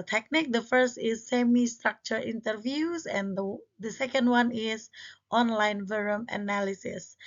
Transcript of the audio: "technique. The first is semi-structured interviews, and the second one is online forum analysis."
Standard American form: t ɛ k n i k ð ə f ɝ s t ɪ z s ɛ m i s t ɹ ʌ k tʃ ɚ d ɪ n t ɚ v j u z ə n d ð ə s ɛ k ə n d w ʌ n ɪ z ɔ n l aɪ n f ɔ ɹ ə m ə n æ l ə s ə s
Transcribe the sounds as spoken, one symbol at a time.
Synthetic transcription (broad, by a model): t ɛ k n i k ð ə f ɝ s t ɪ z s ɛ m i s t ɹ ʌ k tʃ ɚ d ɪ n t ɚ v j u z ə n d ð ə s ɛ k ə n d w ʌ n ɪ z ɔ n l aɪ n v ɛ ɹ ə m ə n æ l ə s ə s